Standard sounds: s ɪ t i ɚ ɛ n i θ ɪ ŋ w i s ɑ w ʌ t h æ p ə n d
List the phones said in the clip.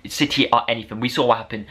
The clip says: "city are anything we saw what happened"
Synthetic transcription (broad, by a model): s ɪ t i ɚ ɛ n i θ ɪ ŋ w i s ɑ w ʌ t h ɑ p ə n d